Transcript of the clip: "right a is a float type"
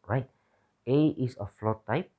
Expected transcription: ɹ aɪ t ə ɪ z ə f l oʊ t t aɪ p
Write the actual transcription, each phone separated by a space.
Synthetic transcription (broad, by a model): ɹ aɪ t ə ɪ s ə f l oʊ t t aɪ p